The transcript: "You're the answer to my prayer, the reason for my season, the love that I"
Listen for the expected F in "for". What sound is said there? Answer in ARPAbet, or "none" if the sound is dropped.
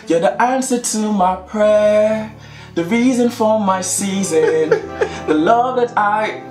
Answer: F